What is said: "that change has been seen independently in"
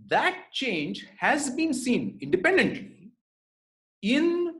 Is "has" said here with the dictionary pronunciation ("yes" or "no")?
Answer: yes